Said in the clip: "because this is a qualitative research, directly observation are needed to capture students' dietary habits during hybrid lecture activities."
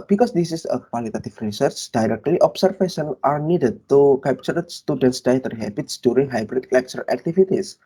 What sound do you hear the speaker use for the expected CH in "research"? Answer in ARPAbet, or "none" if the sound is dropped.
CH